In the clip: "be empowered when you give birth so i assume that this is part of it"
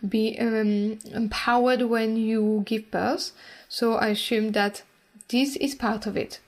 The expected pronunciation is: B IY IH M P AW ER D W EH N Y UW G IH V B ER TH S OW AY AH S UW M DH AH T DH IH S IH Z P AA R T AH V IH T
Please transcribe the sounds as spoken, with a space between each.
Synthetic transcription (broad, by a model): B IY IH M P AW ER D W EH N Y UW G IH V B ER S S OW AY AH S UW M DH AH T DH IH S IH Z P AA R T AH V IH T